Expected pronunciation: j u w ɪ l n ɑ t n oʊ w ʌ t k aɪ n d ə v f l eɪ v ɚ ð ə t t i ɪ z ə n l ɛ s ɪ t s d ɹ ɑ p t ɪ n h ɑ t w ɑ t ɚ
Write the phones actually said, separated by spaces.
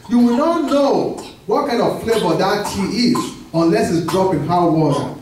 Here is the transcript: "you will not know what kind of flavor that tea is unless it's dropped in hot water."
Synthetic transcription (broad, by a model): j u w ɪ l n ɑ t n oʊ w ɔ t k aɪ n d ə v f l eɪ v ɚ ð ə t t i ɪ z ə n l ɛ s ɪ t s d ɹ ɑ p ɪ n h ɑ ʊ w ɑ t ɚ